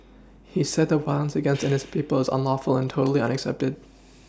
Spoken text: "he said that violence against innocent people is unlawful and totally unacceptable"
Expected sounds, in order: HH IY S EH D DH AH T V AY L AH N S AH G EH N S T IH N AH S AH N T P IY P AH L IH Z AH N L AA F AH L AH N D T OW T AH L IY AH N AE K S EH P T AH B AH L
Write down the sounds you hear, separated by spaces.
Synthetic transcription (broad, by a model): HH IY S EH D DH AH T W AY AH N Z AH G EH N S T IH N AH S P IY P L IH Z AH N L AA F L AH N T OW T L IY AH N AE K S EH P T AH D